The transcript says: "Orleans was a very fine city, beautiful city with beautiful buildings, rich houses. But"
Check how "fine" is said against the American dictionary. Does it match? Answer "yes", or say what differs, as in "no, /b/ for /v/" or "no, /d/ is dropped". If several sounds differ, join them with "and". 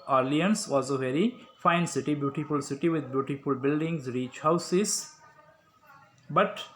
yes